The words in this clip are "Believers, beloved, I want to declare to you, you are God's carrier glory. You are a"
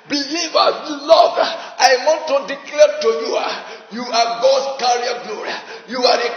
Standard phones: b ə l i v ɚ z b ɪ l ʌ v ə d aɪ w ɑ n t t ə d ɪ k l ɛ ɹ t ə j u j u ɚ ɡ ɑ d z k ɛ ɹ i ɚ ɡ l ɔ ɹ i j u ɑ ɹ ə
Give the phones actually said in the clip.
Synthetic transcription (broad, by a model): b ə l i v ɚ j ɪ l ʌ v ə aɪ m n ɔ t ə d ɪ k l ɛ t ə j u j u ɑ ɡ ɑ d s k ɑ ɹ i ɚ ɡ l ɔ ɹ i j u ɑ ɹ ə